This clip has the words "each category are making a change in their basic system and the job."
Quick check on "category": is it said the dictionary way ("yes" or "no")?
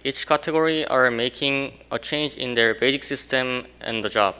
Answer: yes